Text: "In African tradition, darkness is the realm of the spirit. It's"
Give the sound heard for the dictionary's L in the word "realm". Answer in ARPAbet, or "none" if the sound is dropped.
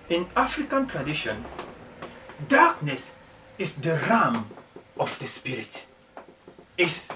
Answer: none